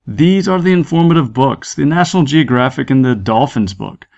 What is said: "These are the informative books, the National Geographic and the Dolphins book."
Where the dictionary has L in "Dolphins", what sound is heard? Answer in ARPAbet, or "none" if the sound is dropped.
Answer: L